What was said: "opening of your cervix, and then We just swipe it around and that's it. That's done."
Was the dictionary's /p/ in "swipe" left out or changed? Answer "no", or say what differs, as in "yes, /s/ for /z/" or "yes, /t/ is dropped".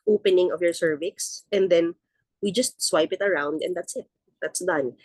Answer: no